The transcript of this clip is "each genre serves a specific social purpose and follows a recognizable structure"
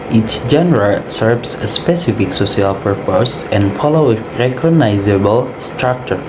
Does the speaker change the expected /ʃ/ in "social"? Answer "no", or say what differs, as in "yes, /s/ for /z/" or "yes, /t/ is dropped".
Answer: yes, /s/ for /ʃ/